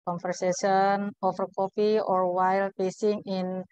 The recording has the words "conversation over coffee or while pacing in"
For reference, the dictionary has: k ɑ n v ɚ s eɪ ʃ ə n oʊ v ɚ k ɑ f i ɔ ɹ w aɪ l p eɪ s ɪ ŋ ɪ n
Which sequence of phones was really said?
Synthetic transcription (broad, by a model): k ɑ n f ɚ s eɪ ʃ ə n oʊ f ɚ k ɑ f i ɔ ɹ w aɪ l p eɪ s ɪ ŋ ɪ n